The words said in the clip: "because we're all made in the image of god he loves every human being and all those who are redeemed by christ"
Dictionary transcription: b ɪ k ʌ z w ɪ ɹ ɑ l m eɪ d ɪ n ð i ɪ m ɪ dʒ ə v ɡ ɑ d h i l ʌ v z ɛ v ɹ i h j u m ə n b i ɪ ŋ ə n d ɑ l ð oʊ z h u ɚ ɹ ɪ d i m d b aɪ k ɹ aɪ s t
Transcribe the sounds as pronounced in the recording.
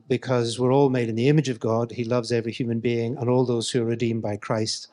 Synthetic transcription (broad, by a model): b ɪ k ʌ z w ɪ ɹ ɑ l m eɪ d ɪ n ð i ɪ m ɪ dʒ ə v ɡ ɑ d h i l ʌ v z ɛ v ɹ i h j u m ə n b i ɪ ŋ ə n ɑ l ð oʊ z h u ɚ ɹ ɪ d i m b aɪ k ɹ aɪ s t